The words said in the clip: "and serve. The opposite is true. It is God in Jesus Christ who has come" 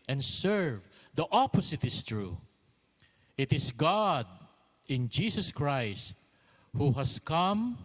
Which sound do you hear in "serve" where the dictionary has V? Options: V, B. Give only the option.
V